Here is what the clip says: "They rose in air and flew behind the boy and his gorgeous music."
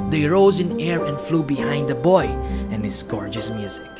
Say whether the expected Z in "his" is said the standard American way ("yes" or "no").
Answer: no